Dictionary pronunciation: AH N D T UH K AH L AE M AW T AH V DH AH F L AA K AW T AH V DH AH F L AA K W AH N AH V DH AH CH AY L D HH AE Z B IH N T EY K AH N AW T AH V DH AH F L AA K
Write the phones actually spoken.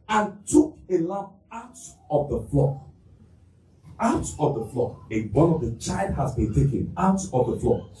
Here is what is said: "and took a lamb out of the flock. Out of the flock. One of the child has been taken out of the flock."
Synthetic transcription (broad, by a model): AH N T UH K AH L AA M AW T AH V DH AH F L AA K AW T AH V DH AH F L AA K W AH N AH V DH AH CH AY L D HH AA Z B IH N T EY K AH N AW T AH V DH AH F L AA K